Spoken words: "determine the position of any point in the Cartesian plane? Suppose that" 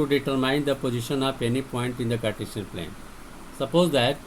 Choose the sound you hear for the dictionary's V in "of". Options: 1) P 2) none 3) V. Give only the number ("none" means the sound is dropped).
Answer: 1